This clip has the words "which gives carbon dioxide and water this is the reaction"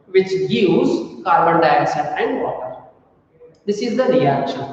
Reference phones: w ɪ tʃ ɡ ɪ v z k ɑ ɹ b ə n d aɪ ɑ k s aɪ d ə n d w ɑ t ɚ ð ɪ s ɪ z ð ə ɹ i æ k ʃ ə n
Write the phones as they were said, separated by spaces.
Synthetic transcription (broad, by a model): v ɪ tʃ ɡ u z k ɑ ɹ b ə n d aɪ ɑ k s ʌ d ə n d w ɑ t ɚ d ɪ s ɪ z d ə ɹ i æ k ʃ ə n